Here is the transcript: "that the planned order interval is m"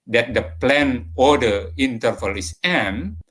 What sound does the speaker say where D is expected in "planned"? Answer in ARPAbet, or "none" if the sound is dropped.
none